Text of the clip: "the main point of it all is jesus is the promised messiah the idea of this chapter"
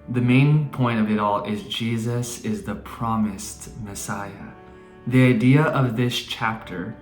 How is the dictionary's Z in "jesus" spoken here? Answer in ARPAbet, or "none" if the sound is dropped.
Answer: Z